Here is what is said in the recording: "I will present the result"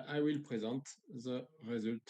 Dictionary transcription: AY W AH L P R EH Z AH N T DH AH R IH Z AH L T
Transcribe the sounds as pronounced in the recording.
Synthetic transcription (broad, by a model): AY W AH L P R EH Z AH N T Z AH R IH Z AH L T